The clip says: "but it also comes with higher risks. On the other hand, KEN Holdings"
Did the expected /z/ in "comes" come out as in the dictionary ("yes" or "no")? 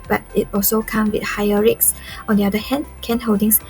no